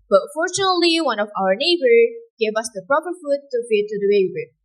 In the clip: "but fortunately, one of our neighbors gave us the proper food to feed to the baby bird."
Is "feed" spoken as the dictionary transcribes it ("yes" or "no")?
no